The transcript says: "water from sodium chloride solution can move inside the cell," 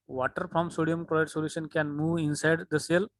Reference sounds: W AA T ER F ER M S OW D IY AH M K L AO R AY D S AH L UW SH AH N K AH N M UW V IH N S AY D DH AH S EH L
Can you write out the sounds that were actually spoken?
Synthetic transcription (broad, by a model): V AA T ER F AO M S OW D IY AH M K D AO IH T S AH L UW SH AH N K AH N M UW V IH N S AY D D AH S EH L